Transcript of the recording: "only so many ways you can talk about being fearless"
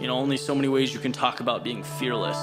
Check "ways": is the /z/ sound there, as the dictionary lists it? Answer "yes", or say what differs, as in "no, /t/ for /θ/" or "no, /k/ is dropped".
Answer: yes